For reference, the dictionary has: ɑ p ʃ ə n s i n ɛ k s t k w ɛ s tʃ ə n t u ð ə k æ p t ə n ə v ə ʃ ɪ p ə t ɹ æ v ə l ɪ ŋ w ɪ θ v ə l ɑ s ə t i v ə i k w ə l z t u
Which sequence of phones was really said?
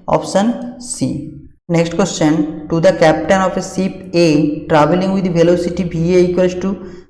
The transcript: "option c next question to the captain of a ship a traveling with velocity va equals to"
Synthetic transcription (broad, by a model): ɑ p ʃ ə n s i n ɛ k s t k w ɛ s tʃ ə n t u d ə k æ p t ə n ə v ə s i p ə t ɹ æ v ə l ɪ ŋ w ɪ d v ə l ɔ s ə t i b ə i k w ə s t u